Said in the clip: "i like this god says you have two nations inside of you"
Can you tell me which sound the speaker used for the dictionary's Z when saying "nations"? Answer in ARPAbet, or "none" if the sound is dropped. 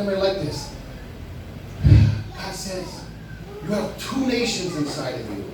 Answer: Z